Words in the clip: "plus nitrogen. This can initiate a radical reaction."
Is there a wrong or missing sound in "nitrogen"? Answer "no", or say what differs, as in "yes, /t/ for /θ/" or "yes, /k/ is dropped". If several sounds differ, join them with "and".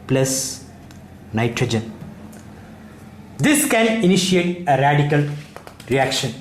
no